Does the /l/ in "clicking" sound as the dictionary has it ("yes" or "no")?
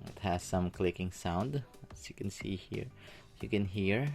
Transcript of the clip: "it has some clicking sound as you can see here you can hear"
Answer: yes